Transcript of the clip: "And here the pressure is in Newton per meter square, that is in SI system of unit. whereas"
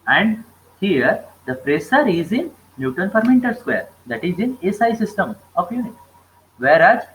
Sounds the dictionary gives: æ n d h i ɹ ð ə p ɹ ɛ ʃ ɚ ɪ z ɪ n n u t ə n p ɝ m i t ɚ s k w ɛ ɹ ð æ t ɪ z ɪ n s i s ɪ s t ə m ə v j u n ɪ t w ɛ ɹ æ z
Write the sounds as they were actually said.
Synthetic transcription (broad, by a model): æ n d h i ɹ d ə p ɹ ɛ s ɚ ɪ z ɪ n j u t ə n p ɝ m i t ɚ s k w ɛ ɹ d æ t ɪ z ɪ n s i s ɪ s t ə m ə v j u n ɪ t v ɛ ɹ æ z